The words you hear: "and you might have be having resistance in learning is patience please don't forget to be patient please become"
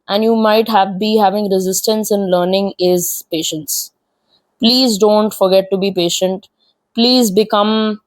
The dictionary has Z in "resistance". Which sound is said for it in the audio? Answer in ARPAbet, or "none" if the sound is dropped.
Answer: Z